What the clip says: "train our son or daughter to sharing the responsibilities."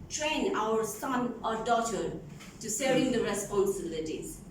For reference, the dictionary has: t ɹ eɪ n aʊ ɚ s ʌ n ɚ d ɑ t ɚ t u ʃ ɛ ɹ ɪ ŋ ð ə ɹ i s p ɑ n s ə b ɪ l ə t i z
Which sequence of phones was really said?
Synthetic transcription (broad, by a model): t ɹ eɪ n aʊ ɚ s ʌ n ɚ d ɑ t ɚ t u s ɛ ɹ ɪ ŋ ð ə ɹ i s p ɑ n s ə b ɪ l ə t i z